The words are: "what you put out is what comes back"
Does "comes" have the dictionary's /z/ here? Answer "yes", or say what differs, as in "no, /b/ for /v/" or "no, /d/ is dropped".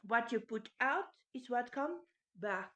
no, /z/ is dropped